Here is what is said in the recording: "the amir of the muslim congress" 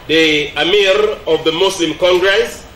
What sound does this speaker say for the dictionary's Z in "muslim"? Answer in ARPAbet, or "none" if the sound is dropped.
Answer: S